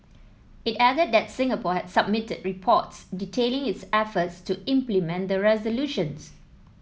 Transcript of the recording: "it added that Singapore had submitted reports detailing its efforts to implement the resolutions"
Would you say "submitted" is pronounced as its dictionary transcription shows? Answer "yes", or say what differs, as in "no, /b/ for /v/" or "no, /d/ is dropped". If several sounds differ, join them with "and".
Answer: yes